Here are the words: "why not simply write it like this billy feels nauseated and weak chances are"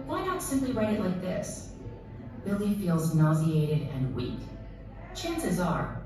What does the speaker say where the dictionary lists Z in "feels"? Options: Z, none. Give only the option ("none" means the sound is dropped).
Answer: Z